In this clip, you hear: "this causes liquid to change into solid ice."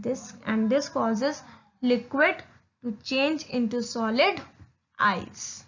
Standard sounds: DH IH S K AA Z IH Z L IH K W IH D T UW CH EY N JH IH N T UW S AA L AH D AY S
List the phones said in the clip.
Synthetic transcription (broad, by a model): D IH S K AA Z IH Z L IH K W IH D T UW CH EY N JH IH N T UW S AA L AH D AY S